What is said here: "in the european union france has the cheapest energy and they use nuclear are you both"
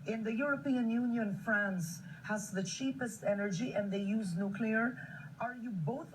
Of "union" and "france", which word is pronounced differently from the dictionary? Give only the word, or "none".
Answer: none